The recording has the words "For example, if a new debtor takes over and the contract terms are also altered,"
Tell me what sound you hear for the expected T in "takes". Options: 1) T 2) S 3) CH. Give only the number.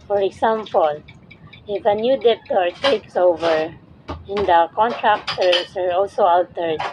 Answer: 1